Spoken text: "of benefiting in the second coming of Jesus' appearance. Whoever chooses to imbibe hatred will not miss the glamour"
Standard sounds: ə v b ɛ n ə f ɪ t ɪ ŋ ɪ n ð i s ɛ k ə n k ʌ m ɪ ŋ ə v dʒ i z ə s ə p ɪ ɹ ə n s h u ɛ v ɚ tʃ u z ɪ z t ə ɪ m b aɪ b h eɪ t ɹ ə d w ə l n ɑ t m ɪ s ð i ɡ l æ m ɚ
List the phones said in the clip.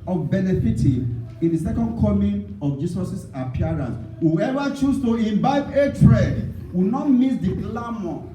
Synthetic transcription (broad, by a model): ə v b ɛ n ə f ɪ t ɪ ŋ ɪ n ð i s ɛ k ə n k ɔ m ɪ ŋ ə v dʒ i s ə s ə p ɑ ɹ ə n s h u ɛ v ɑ tʃ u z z t ə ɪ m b aɪ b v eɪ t ɹ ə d w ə n ɑ t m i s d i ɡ l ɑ m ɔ